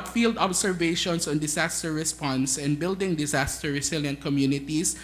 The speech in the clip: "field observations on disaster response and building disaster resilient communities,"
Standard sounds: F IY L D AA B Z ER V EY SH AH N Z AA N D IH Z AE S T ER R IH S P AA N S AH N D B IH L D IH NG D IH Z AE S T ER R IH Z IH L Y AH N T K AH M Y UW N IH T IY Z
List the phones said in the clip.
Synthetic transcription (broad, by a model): F IY L D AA B S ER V EY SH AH N S AA N D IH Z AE S T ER R IH S P AA N S AH N D B IH L D IH NG D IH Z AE S T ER R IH S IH L Y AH N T K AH M Y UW N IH T IY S